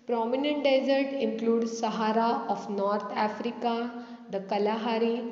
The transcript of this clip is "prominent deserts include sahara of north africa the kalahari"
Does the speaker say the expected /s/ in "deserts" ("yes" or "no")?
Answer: no